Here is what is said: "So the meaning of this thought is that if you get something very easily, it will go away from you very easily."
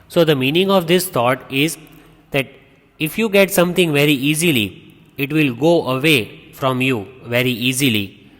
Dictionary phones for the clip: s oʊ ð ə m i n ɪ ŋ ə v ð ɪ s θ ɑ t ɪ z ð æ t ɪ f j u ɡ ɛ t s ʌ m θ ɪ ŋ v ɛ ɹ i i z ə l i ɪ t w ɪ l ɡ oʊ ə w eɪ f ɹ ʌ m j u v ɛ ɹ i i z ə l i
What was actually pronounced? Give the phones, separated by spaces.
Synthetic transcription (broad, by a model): s oʊ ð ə m i n ɪ ŋ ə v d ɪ s t ɑ t ɪ z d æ t ɪ f j u ɡ ɛ t s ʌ m t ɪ ŋ v ɛ ɹ i i z ə l i ɪ t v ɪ l ɡ oʊ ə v eɪ f ɹ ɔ m j u v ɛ ɹ i i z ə l i